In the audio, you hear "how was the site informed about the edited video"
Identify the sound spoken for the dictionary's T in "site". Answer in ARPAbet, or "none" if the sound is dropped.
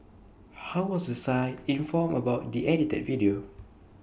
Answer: none